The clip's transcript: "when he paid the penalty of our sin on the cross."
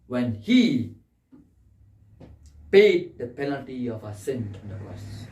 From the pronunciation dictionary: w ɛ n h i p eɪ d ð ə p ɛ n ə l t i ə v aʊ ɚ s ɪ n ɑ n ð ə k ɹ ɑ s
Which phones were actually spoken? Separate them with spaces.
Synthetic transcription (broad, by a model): w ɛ n h i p eɪ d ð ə p ɛ n ə l t i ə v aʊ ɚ s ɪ n ɑ n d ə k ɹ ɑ s